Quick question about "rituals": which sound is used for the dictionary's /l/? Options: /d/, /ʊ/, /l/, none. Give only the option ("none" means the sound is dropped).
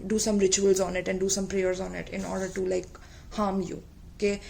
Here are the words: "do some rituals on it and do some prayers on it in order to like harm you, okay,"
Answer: /l/